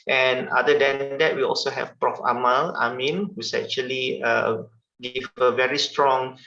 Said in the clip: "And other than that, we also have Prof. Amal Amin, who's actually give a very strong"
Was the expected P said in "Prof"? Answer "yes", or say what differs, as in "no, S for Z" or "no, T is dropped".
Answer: yes